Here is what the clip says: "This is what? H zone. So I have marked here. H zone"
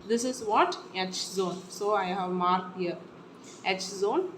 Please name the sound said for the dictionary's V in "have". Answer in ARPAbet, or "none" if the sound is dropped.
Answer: V